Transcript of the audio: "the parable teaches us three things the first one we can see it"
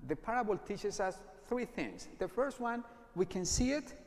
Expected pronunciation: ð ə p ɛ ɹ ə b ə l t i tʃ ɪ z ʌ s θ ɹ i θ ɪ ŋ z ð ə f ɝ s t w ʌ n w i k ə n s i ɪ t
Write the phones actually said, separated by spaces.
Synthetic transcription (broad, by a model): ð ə p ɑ ɹ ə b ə l t i tʃ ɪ s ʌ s θ ɹ i θ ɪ ŋ s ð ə f ɝ s t w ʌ n w i k ə n s i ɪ t